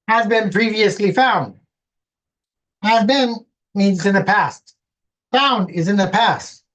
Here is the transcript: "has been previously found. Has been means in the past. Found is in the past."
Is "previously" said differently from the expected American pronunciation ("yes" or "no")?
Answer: no